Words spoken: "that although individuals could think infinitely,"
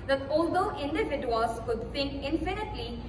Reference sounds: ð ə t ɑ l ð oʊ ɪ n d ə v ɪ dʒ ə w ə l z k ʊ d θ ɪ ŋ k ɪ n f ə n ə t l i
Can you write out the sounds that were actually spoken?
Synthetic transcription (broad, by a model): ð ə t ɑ l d oʊ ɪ n d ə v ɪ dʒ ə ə l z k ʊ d t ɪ ŋ k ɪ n f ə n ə t l i